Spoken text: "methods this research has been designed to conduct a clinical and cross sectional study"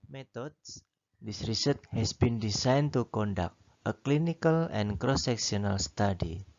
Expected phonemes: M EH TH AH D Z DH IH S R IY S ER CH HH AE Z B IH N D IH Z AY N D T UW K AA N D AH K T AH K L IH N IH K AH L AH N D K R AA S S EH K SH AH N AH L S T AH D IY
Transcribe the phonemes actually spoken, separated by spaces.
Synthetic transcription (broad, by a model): M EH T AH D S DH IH S R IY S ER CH HH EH S B IH N D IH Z AY N T UW K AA N D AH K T AH K L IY N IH K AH L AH N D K R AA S S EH K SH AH N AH L S T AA D IY